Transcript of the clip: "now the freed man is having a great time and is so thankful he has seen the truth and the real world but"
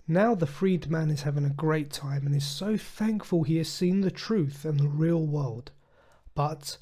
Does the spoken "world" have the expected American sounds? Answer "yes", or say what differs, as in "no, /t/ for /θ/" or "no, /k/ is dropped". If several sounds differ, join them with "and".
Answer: yes